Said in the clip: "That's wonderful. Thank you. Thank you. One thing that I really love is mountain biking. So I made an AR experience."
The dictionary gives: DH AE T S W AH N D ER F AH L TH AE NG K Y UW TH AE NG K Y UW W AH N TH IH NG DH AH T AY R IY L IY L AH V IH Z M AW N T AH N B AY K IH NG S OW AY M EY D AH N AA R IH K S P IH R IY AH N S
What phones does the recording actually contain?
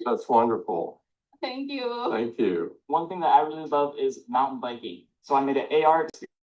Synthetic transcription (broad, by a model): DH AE T S W AH N D ER F L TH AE NG K Y UW TH AE NG K Y UW W AH N TH IH NG DH AH T AY R IY L IY L AH V IH Z M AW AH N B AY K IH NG S OW AY M EY D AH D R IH IH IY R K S